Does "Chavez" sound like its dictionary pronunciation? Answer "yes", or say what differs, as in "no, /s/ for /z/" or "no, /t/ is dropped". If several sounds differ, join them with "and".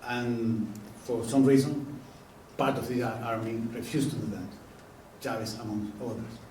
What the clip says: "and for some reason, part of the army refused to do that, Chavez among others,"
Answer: no, /s/ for /z/